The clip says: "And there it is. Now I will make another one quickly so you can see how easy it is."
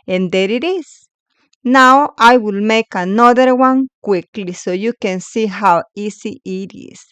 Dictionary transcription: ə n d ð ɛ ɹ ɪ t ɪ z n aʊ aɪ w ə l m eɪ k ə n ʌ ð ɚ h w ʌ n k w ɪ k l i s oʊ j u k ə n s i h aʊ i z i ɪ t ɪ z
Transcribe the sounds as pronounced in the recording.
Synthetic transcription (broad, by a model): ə n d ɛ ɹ ɪ t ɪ s n aʊ aɪ w ə l m eɪ k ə n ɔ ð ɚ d w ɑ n k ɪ k l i s oʊ j u k ə n s i h aʊ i s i ɪ t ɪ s